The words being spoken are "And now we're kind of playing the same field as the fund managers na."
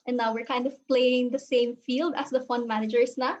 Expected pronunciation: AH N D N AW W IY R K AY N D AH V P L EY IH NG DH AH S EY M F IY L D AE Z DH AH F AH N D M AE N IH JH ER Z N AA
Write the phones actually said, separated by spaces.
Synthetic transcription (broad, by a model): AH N N AW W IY R K AY N D AH V P L EY IH NG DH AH S EY M F IY L D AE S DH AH F AH N D M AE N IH JH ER S N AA